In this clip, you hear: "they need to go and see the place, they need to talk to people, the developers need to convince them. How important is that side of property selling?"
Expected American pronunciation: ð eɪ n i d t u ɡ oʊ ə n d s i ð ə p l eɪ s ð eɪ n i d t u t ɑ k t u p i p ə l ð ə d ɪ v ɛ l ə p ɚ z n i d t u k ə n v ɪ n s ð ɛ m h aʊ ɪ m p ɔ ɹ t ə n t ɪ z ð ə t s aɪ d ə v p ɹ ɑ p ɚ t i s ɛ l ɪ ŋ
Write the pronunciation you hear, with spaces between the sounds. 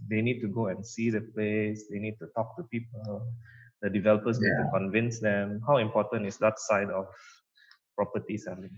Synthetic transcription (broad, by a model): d eɪ n i d t u ɡ oʊ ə n s i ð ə p l eɪ s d eɪ n i d t u t ɑ k t u p i p ə l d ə d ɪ v ɛ l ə p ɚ s n i d t u k ə n v ɪ n s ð ɛ m h aʊ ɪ m p ɔ t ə n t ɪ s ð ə t s aɪ d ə f p ɹ ɑ p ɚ t i s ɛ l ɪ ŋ